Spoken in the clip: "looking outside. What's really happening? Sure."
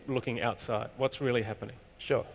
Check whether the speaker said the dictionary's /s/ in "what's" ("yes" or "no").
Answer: yes